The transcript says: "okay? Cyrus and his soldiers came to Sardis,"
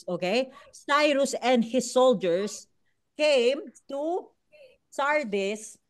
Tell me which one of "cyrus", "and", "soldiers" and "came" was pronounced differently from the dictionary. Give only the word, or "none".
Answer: soldiers